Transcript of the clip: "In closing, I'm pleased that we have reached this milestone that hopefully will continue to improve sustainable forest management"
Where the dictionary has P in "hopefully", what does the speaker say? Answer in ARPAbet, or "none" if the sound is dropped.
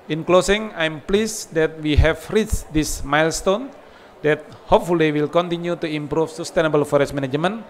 P